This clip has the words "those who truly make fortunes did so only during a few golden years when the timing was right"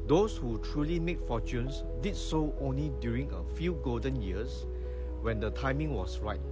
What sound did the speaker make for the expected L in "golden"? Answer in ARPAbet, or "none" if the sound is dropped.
L